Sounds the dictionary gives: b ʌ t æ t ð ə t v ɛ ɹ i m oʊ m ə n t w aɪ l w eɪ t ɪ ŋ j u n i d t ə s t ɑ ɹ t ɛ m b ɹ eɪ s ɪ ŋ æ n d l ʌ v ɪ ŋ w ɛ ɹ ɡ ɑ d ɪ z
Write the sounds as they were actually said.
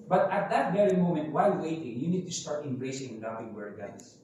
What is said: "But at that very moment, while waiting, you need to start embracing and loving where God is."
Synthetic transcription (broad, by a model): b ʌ t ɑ t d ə t v ɛ ɹ i m oʊ m ə n t w aɪ l w eɪ t ɪ ŋ j u n i d t ə s t ɑ ɹ t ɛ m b ɹ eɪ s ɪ ŋ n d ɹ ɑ p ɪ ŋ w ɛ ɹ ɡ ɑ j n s